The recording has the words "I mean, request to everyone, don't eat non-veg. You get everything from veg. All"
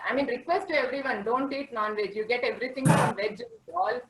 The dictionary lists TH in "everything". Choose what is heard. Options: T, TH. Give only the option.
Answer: T